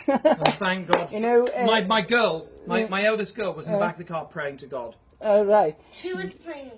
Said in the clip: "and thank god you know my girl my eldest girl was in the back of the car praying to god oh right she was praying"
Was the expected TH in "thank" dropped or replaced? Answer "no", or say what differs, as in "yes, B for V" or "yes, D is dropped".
no